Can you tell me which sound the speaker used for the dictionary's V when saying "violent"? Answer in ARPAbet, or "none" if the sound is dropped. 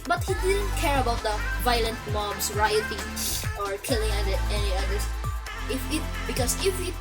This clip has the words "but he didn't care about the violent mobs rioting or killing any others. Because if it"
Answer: V